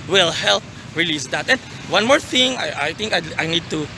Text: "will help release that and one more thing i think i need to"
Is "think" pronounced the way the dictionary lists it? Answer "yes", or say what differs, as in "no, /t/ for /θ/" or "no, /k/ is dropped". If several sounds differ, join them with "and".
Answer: no, /t/ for /θ/